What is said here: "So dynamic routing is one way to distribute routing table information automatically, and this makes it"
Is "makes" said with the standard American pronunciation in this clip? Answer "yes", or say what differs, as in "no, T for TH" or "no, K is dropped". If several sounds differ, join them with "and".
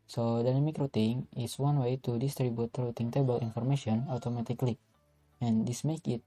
no, S is dropped